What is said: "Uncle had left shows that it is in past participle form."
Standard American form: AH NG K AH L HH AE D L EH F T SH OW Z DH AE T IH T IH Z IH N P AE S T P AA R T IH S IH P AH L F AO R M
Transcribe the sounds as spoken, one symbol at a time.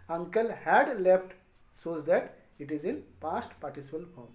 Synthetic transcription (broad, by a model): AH NG K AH L HH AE D L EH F T S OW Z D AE T IH T IH Z IH N P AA S T P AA R T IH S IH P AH L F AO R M